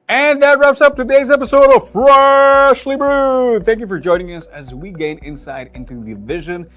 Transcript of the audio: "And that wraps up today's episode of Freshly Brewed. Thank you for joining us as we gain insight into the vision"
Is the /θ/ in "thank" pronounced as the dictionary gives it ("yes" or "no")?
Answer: yes